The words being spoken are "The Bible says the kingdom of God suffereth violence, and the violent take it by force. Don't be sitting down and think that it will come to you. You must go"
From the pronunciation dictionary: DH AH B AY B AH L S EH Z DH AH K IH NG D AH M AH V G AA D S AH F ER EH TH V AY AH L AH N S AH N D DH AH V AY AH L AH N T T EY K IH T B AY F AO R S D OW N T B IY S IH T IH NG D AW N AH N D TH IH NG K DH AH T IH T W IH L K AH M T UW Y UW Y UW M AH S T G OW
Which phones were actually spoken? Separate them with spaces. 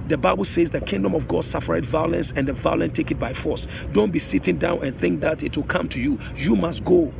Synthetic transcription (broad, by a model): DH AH B AY B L S EH Z DH AH K IH NG D AH M AH V G AA D S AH F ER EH T V AY AH L AH N S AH N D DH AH V AY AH L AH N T T EY K IH T B AY F AO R S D OW N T B IY S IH T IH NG D AW N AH N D TH IH NG K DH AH T IH T W IH L K AH M T UW Y UW Y UW M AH S T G OW